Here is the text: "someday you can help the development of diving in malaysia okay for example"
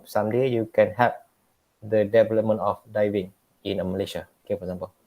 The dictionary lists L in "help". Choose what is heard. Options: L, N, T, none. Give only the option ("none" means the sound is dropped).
none